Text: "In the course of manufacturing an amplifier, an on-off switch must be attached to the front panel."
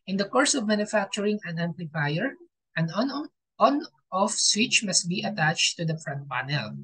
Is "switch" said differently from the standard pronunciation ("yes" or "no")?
no